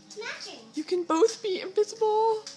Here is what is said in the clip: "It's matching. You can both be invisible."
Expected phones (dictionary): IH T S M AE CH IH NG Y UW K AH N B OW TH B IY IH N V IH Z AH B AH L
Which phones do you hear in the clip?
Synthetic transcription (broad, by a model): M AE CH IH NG Y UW K AH N B OW TH B IY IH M V IH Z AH B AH L